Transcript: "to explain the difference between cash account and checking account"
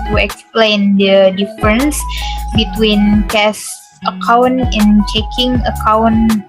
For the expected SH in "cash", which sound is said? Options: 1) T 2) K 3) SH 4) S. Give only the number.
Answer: 4